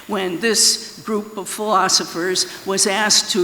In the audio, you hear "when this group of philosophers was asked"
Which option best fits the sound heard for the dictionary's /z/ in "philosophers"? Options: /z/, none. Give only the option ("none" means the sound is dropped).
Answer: /z/